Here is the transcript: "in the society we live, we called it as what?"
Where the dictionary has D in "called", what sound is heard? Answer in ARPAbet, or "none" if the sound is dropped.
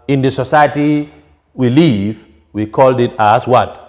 D